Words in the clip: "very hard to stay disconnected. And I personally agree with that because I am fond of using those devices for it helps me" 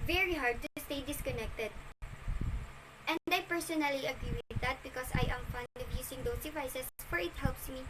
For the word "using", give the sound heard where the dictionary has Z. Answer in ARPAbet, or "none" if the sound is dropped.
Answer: S